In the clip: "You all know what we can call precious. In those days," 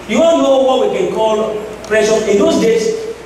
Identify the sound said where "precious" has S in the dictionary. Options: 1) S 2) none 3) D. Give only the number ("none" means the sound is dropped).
2